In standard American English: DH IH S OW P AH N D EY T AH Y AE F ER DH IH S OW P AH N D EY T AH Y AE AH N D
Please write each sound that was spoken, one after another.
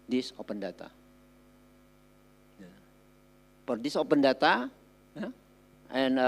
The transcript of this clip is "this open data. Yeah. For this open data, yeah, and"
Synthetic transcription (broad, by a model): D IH S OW P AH N D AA T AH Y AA P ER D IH S OW P AH N D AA T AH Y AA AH N